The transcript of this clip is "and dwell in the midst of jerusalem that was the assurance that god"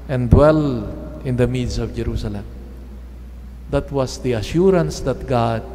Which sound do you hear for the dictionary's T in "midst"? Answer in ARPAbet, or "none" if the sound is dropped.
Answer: none